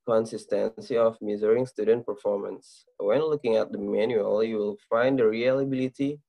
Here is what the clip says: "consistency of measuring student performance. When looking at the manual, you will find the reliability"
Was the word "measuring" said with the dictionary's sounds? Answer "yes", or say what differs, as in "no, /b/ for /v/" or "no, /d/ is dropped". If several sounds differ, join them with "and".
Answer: no, /z/ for /ʒ/